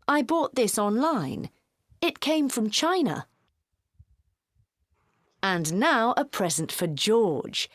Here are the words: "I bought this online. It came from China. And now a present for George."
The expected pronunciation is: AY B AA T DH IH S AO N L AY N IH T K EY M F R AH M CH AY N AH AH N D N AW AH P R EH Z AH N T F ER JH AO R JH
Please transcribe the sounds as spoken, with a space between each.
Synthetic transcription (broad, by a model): AY B AA T DH IH S AO N L AY N IH T K EY M F R AH M CH AY N AH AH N N AW AH P R EH Z AH N T F ER JH AO R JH